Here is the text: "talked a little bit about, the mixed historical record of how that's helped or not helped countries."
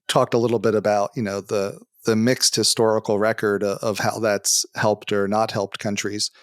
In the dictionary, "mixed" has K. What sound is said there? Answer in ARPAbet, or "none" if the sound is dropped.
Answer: K